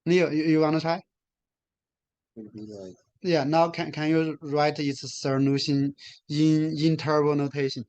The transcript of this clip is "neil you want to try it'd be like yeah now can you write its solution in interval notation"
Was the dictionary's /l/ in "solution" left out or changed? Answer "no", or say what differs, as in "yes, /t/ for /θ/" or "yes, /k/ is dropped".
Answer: yes, /n/ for /l/